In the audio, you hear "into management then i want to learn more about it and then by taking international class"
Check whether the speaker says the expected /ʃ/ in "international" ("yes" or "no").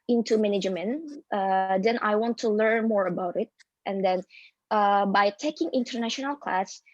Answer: yes